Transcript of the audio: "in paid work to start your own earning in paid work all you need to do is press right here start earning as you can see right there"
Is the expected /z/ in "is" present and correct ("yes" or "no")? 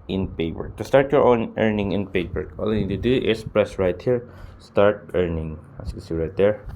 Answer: no